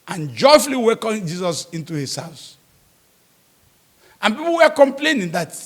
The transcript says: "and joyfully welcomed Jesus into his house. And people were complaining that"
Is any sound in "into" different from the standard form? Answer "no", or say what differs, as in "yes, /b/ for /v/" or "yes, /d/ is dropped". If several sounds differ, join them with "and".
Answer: no